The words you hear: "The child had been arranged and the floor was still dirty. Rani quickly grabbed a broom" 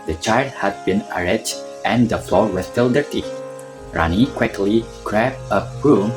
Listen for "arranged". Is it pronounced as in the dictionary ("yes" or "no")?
no